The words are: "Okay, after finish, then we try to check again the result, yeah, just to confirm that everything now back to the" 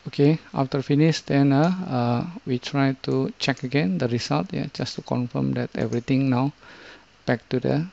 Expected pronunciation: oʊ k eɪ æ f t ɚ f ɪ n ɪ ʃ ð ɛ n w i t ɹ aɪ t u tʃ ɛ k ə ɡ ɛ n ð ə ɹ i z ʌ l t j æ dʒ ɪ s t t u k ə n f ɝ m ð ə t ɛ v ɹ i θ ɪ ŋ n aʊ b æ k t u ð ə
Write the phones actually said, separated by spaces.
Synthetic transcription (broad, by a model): oʊ k eɪ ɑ f t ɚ f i n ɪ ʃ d ɛ n w i t ɹ aɪ t u tʃ ɛ k ə ɡ ɛ n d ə ɹ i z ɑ l t j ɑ dʒ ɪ s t t u k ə n f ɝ m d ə t ɛ v ɹ i t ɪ ŋ n aʊ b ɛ k t u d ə